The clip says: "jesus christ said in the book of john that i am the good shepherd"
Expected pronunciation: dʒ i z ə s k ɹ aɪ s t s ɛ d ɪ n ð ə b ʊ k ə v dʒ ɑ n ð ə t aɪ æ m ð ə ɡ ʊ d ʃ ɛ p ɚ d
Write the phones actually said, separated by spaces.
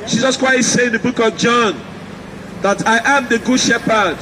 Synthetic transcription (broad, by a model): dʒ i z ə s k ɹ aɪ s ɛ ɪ ɪ n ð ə b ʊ k ə v dʒ ɑ n ð ə t aɪ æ m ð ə ɡ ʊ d ʃ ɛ p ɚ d